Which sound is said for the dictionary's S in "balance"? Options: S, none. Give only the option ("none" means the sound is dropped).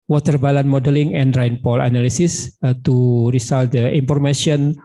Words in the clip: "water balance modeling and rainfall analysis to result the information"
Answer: none